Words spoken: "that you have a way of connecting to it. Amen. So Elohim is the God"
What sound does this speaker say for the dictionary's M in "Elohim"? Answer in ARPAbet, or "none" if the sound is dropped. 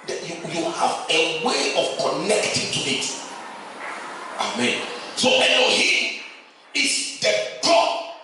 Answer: none